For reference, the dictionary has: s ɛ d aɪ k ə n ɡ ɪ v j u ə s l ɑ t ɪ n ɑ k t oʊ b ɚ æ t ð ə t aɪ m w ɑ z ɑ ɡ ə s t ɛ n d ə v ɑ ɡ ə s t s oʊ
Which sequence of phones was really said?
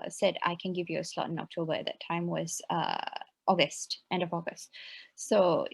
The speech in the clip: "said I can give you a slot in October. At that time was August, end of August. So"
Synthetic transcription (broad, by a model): s ɛ d aɪ k ə n ɡ ɪ v j u ə s l ɑ t ɪ n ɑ k t oʊ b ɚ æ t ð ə t aɪ m w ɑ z ɑ ɡ ə s t ɛ n d ə v ɑ ɡ ə s t s oʊ